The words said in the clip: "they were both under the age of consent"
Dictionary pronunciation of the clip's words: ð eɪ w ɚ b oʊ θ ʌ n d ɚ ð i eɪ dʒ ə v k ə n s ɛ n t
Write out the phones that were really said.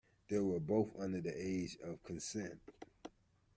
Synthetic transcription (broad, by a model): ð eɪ w ɚ b oʊ θ ʌ n d ɚ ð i eɪ dʒ ə v k ə n s ɛ n t